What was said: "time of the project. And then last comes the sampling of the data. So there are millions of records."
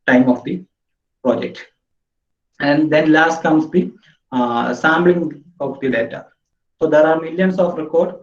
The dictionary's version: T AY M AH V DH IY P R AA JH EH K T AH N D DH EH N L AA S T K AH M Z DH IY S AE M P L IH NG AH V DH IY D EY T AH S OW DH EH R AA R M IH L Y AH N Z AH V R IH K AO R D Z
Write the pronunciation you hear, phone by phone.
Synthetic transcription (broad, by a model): T AY M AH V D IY P R AA JH EH K T AH N D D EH N L AA S T K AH M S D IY S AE M B L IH NG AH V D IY D EY T AH S OW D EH R AA R M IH L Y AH N S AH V R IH K AO R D